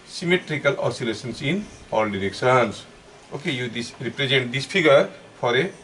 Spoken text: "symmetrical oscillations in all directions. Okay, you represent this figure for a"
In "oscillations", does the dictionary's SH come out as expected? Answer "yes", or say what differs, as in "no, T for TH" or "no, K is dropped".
no, S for SH